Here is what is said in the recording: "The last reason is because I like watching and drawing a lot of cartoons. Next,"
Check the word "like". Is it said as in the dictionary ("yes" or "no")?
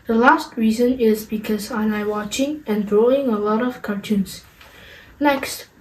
no